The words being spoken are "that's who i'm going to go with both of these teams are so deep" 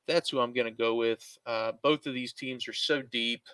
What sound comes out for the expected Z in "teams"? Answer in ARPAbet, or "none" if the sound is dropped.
Z